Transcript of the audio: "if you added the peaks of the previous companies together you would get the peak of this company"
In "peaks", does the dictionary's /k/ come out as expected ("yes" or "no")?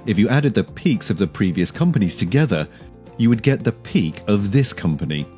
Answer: yes